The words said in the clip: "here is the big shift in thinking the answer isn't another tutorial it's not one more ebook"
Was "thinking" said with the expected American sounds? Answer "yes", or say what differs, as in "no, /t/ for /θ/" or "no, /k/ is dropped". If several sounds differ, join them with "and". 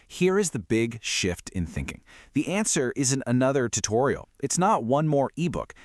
yes